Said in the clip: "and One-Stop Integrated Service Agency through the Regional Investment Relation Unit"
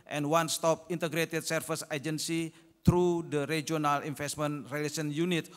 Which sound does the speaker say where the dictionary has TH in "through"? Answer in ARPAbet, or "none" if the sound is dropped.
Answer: T